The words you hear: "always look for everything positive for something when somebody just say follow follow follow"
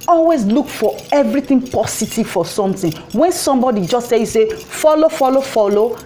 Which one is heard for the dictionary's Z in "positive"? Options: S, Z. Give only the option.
S